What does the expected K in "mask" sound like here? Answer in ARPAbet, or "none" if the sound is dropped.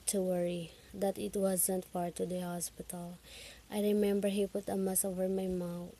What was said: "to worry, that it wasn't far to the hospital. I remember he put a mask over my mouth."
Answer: none